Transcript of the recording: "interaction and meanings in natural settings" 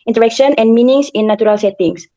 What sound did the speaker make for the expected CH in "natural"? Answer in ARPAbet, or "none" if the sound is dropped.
none